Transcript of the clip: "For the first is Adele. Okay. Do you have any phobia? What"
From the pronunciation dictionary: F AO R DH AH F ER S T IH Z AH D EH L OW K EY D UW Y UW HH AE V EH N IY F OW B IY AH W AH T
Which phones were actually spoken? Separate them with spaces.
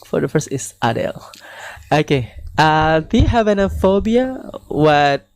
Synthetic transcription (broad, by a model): F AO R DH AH F ER S T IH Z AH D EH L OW K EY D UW Y UW HH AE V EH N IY F OW B IY AH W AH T